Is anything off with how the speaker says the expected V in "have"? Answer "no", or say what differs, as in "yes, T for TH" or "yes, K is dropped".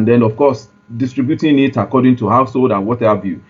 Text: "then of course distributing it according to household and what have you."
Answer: yes, B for V